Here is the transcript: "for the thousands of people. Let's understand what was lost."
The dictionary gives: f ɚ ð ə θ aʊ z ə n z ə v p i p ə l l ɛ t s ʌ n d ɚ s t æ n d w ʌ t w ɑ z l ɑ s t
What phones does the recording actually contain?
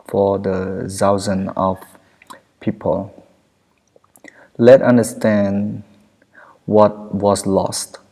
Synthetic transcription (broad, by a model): f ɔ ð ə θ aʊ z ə n ə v p i p ə l l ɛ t ʌ n d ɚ s t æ n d w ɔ t w ɑ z l ɑ s t